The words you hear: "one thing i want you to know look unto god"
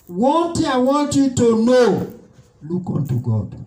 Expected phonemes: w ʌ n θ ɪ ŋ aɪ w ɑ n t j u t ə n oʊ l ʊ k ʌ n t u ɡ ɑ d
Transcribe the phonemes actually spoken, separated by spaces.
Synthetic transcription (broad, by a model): w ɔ n t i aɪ w ɑ n t j u t ə n oʊ l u k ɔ n t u ɡ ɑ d